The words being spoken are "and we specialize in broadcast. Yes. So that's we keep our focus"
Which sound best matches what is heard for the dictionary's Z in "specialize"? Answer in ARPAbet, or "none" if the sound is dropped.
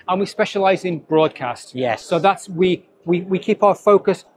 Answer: Z